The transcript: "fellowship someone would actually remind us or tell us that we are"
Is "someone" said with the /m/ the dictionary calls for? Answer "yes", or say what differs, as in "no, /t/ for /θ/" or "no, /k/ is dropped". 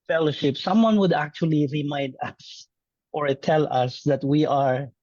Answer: yes